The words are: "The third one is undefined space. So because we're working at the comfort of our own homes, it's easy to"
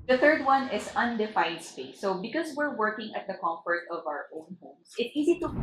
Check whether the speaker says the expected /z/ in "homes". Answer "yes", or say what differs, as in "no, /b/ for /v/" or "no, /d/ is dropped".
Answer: no, /s/ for /z/